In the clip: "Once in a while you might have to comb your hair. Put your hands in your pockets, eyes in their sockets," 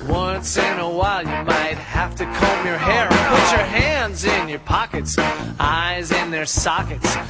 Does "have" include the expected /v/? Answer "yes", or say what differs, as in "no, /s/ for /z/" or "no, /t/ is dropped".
no, /f/ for /v/